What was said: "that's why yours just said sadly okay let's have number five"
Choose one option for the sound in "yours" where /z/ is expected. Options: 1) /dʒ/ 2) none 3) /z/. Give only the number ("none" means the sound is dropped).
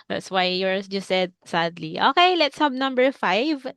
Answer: 2